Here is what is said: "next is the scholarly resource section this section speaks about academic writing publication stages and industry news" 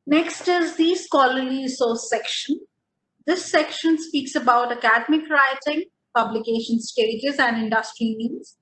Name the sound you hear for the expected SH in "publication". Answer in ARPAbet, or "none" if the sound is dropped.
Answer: SH